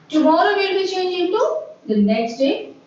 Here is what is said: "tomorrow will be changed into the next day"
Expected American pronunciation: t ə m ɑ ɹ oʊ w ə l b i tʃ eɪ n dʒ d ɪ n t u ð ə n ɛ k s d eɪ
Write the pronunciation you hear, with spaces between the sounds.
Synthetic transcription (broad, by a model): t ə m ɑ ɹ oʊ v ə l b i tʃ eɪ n dʒ ɪ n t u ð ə n ɛ k s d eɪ